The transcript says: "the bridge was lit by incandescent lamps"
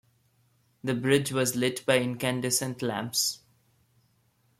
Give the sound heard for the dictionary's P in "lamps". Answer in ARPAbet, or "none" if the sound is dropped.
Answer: P